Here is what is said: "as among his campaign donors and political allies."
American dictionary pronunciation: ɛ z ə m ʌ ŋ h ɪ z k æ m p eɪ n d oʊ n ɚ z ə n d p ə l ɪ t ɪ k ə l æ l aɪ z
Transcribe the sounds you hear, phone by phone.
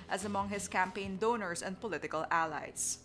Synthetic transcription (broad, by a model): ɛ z ə m ʌ ŋ h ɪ s k æ m p eɪ n d oʊ n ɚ s ə n d p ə l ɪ t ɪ k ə l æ l aɪ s